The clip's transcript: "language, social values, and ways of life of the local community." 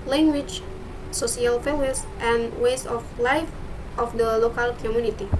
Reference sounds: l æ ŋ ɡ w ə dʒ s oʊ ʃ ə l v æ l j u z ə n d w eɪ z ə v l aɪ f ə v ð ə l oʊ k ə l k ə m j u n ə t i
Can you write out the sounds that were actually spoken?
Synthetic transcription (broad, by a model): l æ ŋ ɡ w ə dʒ s oʊ s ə l f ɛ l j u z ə n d w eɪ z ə f l aɪ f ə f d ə l oʊ k ə l k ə m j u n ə t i